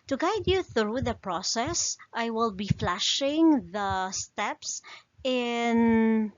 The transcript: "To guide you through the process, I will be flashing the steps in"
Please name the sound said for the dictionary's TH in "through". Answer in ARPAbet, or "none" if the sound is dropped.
TH